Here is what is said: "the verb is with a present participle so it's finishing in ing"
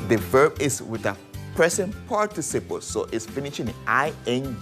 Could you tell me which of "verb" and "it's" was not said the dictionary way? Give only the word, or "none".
none